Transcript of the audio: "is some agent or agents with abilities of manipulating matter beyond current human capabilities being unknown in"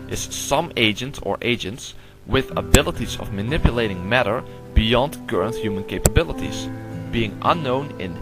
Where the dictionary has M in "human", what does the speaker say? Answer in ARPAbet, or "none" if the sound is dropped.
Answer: M